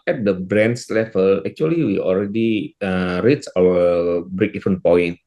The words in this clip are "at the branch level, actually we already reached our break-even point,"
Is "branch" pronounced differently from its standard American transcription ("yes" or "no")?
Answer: yes